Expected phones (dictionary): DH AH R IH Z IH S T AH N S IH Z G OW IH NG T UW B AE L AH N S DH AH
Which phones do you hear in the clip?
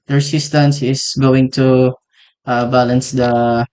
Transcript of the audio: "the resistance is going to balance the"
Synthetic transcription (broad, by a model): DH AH R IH S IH S T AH N S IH S G OW IH NG T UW B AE L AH N S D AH